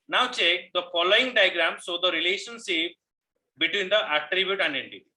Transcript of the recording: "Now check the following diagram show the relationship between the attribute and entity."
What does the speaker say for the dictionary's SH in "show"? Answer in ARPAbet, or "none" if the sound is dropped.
S